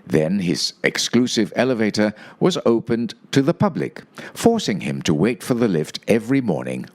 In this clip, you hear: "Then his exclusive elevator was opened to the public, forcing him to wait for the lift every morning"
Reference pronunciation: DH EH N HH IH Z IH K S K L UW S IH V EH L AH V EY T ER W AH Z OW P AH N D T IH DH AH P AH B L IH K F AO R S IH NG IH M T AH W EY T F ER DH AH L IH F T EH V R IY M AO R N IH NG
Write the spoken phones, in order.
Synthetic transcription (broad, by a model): DH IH N IH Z IH K S K L UW S IH V EH L AH V EY T ER W AH Z OW P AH N T IH DH AH P AH B L IH K F AO R S IH NG IH M T AH W EY T F ER DH AH L IH F T EH V R IY M AO R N IH NG